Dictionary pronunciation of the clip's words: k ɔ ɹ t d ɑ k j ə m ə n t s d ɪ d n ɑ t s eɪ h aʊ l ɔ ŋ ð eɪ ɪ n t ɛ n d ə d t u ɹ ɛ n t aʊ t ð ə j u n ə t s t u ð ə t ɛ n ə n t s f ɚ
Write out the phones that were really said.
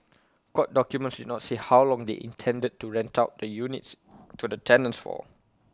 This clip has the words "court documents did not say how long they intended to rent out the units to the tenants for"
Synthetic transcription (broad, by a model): k ɔ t d ɑ k j ə m ə n t s d ɪ d n ɑ t s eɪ h aʊ l ɔ ŋ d eɪ ɪ n t ɛ n d ə d t u ɹ ɛ n t aʊ t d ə j u n ə t s t u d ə t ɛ n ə n s f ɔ